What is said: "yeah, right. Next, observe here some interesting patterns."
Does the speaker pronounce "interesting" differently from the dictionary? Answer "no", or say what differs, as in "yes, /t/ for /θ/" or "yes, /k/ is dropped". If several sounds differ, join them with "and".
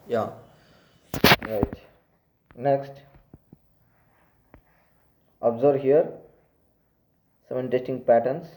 yes, /ɹ/ is dropped